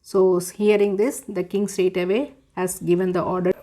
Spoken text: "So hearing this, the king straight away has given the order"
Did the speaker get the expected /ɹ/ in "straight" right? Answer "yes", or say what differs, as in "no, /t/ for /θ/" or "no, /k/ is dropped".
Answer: no, /ɹ/ is dropped